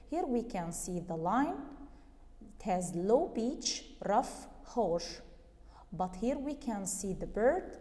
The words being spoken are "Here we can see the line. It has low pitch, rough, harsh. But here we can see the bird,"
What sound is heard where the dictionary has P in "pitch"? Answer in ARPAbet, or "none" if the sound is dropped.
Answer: B